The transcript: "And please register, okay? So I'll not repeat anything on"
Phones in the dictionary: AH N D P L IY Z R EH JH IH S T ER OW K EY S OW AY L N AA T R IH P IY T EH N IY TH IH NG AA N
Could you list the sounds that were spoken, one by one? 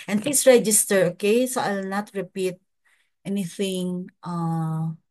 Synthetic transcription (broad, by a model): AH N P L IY S R EH JH IH S T ER OW K EY S OW AY L N AA T R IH P IY T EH N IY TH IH NG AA